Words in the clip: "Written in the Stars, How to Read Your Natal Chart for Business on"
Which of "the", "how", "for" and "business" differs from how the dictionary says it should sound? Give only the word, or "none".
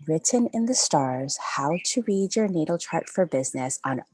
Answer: none